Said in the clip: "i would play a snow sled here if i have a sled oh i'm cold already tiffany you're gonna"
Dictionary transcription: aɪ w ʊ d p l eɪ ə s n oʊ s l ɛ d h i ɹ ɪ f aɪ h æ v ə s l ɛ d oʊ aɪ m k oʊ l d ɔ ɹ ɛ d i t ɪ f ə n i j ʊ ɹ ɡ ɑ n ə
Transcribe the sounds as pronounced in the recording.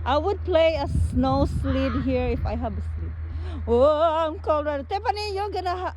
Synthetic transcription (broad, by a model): aɪ w ʊ d p l eɪ ə s n oʊ s l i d h i ɹ ɪ f aɪ h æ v ə s l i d oʊ aɪ m k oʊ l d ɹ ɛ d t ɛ p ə n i j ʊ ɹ ɡ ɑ n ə